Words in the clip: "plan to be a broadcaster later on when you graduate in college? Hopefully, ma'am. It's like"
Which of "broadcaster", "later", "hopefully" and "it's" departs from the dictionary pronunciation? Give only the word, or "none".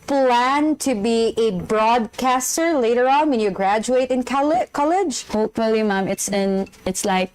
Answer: none